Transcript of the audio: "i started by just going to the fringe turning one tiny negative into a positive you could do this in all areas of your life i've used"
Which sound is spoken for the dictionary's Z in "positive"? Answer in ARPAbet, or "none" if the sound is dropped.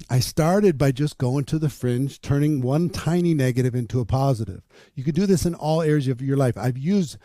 Z